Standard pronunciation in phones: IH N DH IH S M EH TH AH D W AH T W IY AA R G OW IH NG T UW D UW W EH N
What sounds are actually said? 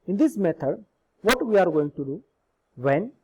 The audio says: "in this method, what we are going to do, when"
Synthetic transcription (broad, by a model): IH N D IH S M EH T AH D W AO T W IY AA R G OW IH NG T UW D UW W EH N